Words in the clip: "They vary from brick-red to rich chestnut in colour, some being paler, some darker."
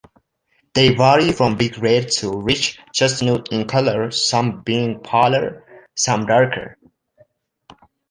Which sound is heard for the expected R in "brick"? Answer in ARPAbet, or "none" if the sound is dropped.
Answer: none